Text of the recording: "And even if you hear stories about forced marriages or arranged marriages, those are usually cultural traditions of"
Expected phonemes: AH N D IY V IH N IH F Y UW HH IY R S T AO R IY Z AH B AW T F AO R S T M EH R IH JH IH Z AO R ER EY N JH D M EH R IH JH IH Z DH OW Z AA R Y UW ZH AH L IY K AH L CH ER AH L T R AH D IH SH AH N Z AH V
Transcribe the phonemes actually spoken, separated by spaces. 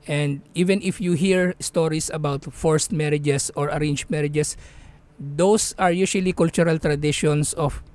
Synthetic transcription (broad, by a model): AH N D IY V IH N IH F Y UW HH IY R S T AO R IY S AH B AW T F AO R S T M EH R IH JH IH S AO R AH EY N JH M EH R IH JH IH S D OW S AA R Y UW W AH L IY K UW L CH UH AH L T R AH D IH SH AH N S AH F